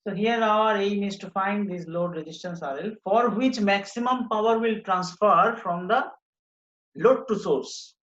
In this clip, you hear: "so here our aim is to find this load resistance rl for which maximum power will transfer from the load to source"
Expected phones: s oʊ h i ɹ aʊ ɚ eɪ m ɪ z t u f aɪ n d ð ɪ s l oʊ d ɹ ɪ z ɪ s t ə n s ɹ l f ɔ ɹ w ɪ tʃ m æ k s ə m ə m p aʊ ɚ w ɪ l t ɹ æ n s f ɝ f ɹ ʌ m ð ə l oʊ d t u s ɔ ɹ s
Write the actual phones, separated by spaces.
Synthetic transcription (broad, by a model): s oʊ h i ɹ aʊ ɚ eɪ m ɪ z t u f aɪ n d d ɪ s l oʊ d ɹ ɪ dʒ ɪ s t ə n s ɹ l f ɔ ɹ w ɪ tʃ m æ k s ə m ə m p aʊ ɚ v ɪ l t ɹ æ n s f ɝ f ɹ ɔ m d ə l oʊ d t u s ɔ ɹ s